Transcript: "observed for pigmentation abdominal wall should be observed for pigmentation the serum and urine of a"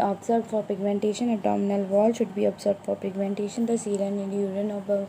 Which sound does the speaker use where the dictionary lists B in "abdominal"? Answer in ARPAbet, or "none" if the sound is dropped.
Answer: none